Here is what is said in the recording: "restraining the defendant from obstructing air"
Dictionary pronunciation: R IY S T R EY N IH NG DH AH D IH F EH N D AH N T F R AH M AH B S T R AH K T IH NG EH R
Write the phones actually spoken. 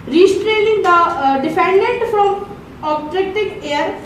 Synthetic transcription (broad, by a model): R IY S T R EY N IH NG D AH D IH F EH N D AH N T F R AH M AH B T R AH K T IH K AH R